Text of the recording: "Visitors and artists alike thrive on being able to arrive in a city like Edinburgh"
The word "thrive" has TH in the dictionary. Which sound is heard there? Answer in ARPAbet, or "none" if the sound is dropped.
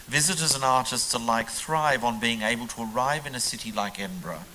TH